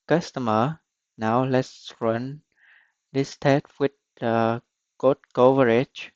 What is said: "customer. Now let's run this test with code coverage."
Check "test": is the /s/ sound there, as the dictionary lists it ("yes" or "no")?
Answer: no